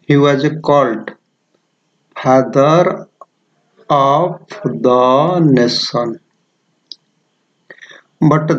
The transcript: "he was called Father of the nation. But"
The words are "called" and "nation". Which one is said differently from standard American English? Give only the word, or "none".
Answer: nation